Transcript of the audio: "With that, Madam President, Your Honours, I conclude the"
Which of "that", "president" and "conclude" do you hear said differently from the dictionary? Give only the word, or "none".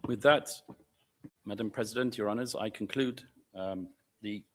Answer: none